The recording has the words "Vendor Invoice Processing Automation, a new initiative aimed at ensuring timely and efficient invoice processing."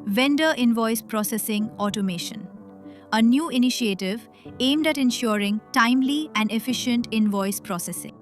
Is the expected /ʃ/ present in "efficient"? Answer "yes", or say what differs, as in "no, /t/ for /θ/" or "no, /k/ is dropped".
yes